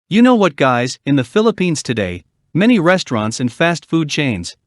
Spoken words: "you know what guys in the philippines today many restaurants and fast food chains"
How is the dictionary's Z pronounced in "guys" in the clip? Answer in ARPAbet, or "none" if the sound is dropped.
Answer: Z